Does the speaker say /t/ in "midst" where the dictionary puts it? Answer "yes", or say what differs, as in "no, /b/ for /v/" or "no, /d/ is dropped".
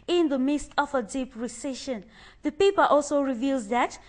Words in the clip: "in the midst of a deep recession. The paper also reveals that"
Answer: yes